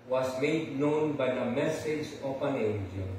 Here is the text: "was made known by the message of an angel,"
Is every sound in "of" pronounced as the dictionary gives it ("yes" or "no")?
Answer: no